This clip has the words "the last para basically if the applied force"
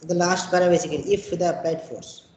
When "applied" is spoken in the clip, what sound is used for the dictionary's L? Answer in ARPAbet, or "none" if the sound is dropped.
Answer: none